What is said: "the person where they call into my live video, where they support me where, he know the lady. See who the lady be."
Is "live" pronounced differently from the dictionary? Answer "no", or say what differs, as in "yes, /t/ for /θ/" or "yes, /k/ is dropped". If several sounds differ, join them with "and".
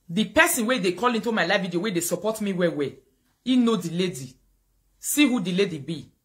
yes, /f/ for /v/